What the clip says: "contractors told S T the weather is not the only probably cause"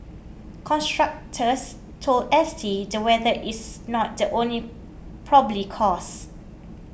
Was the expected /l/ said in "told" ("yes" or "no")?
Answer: yes